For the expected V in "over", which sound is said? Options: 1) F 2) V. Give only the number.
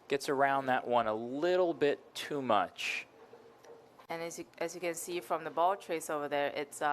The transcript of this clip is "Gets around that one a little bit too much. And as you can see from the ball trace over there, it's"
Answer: 2